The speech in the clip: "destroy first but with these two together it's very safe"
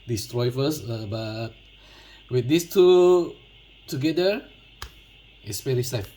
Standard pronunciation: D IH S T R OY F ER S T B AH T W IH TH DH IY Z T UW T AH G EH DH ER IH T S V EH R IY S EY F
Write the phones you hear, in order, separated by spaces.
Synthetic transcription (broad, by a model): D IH S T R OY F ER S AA B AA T W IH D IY S T UW T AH G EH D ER IH T S P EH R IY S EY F